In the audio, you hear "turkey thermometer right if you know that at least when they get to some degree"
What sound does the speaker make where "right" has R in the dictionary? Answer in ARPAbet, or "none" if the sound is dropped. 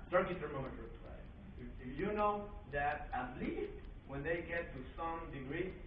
L